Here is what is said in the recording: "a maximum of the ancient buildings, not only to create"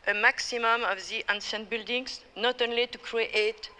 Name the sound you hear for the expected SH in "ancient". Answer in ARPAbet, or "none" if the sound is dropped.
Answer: S